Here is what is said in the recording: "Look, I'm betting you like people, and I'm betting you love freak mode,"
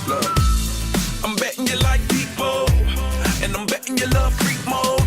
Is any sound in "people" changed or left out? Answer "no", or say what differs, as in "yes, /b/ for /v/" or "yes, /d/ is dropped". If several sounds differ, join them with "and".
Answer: yes, /n/ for /l/